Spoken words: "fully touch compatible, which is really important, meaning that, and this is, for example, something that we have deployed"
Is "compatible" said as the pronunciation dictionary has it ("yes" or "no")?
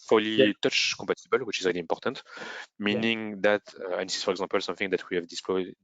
no